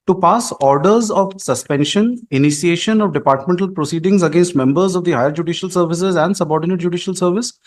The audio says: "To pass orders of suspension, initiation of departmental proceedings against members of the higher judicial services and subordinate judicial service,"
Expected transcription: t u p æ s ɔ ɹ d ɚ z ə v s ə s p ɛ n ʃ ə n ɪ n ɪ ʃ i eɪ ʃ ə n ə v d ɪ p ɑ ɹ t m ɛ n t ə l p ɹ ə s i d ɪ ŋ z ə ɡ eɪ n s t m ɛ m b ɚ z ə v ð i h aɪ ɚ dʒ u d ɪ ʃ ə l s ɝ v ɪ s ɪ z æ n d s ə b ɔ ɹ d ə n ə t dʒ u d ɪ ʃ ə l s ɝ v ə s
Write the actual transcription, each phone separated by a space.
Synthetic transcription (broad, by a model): t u p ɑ s ɔ ɹ d ɚ z ə v s ə s p ɛ n ʃ ə n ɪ n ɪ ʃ i eɪ ʃ ə n ə v d ɪ p ɑ ɹ t m ɛ n t ə l p ɹ ə s i d ɪ ŋ z ə ɡ eɪ n s t m ɛ m b ɚ z ə v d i h aɪ ɚ dʒ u d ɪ ʃ ə l s ɝ v ɪ s ɪ z æ n d s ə b ɔ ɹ d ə n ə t dʒ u d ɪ ʃ ə l s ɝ v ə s